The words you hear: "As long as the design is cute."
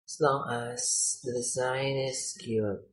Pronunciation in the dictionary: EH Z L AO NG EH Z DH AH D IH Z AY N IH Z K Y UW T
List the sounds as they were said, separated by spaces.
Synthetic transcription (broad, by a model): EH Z L AO NG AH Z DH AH D IH Z AY N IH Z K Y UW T